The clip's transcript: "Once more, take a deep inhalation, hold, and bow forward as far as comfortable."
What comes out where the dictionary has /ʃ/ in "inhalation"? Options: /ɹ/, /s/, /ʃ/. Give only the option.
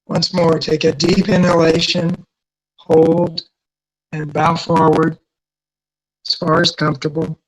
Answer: /ʃ/